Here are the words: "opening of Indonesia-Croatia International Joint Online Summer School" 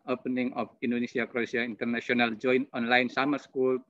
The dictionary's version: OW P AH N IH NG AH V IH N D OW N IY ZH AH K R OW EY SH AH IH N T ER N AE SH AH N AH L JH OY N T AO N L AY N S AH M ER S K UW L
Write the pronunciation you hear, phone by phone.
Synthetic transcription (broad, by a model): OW P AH N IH NG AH F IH N D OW N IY S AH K R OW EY S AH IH N T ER N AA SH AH N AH L JH OY N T AO N L AY N S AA M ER S K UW L